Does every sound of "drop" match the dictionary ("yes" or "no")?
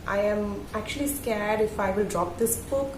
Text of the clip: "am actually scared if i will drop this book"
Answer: yes